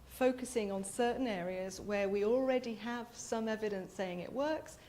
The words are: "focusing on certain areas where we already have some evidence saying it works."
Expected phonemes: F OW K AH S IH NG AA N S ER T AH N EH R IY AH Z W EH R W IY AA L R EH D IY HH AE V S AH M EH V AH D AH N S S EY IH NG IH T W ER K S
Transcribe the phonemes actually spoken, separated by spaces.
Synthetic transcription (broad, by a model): F OW K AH S IH NG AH N S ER T N EH R IY AH Z W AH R W IY AA L R EH D IY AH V S AH M EH V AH D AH N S S EY IH NG IH T W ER K S